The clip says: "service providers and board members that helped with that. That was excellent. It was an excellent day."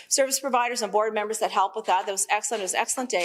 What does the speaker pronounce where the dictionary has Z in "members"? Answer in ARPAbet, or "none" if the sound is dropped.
Z